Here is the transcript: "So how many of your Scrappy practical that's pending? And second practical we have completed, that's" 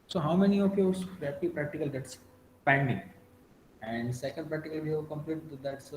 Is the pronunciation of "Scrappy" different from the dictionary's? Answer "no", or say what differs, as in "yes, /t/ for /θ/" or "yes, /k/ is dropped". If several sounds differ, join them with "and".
yes, /k/ is dropped